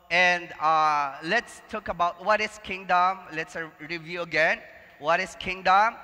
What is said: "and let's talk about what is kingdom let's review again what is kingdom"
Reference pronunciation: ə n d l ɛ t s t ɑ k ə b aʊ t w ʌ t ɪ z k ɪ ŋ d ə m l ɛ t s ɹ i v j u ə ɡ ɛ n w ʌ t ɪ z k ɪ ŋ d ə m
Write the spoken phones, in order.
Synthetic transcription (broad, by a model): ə n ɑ l ɛ t s t ɑ k ə b aʊ t w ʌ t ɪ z k ɪ ŋ d ə m l ɛ t s ɹ i v j u ə ɡ ɛ n w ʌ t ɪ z k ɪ ŋ d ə m